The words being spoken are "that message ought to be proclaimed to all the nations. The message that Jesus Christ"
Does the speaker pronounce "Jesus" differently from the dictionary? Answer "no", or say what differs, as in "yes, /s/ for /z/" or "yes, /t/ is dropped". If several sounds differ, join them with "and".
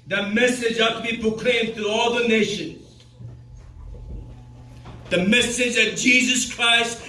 no